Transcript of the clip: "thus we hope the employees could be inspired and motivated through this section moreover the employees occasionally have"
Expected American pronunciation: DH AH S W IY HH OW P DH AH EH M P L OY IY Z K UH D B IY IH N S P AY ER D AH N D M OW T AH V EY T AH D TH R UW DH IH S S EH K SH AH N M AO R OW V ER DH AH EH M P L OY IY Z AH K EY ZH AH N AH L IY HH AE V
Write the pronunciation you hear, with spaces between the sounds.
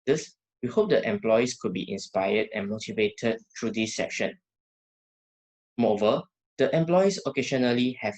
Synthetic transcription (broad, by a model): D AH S W IY HH OW P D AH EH M P L OY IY S K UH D B IY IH N S P AY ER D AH N M OW T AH V EY T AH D T R UW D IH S S EH K SH AH N M AO OW V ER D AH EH M P L OY IY S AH K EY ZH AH N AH L IY HH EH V